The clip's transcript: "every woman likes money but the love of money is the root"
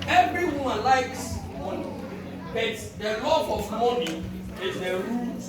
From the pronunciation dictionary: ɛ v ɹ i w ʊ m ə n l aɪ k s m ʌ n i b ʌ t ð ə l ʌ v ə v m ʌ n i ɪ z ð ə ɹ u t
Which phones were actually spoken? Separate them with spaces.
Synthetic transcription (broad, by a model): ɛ v ɹ i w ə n l aɪ k s m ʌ n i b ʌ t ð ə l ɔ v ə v m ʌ n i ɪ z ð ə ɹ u